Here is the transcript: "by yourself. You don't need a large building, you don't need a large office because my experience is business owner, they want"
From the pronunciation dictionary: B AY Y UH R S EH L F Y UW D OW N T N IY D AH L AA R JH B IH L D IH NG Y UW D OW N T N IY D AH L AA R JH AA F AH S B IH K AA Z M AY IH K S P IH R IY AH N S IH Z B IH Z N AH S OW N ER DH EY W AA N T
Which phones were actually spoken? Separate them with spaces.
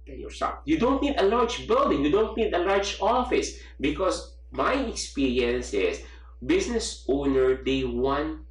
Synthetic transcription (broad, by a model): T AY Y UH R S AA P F Y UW D OW N T N IY D AH L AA R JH B IH L D IH NG Y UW D OW N T N IY D AH L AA R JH AA F AH S B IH K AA S M AY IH K S P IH R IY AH N S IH S B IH S N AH S OW N ER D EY W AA N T